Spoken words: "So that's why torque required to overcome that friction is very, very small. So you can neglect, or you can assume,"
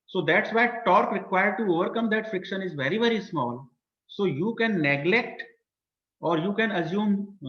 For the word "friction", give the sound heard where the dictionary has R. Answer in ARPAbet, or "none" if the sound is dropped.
R